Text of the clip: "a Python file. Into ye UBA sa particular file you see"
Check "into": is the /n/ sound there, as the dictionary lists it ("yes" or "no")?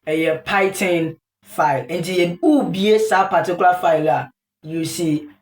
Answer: yes